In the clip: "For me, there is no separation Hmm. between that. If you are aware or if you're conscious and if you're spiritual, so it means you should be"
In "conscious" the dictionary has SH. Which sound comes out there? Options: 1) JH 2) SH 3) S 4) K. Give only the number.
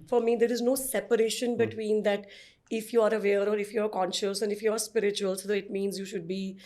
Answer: 2